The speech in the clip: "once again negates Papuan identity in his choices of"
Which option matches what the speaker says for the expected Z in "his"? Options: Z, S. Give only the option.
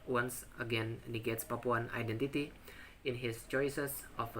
S